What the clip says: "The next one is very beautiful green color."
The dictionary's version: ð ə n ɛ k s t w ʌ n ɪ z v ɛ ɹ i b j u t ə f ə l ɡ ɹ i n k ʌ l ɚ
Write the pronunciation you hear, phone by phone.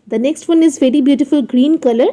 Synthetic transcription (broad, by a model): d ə n ɛ k s t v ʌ n ɪ z v ɛ ɹ i b j u t ə f ə l ɡ ɹ i n k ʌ l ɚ